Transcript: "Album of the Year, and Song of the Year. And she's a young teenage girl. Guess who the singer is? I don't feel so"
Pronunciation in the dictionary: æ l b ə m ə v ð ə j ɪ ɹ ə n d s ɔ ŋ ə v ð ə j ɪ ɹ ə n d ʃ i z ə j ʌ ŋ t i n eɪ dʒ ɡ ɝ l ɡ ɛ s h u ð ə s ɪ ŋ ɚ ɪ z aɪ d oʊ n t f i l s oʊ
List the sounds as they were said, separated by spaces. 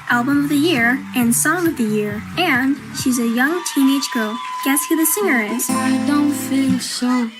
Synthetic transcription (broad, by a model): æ l b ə m ə v ð ə j ɪ ɹ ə n s ɔ ŋ ə v ð ə j ɪ ɹ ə n ʃ i z ə j ʌ ŋ t i n eɪ dʒ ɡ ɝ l ɡ ɛ s h u ð ə s ɪ ŋ ɚ ɪ z aɪ d oʊ n t f i l s oʊ